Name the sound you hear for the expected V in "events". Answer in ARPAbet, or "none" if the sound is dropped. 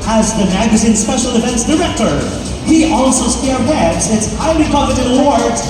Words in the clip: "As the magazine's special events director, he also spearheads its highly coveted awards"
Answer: F